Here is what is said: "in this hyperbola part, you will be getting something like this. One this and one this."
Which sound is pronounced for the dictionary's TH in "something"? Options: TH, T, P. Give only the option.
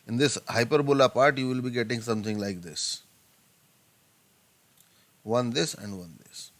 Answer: T